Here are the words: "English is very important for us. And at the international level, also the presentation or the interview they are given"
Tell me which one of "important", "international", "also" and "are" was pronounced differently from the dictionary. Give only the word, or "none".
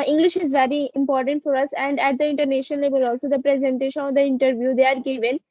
international